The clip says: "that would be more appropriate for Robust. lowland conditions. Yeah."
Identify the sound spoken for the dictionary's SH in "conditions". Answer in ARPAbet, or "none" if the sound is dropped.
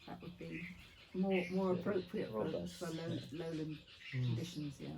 SH